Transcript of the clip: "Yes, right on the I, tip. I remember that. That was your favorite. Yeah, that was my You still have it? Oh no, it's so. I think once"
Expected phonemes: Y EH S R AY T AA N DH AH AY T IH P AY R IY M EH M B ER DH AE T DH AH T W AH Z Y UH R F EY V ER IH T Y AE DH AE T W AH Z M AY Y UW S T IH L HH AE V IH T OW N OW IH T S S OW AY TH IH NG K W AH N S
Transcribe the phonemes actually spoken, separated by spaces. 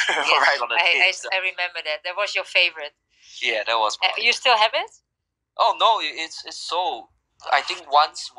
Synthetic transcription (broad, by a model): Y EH R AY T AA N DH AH AY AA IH AY R IY M EH M B ER DH AE T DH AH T W AH Z Y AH R F EY V ER IH T Y AE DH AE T W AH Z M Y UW S T IH L HH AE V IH T OW N OW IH T S S OW AY TH IH NG K W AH N S